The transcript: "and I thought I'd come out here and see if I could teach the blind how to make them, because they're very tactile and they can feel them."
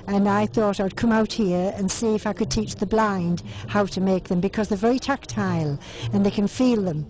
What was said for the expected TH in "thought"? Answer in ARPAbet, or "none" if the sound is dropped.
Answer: TH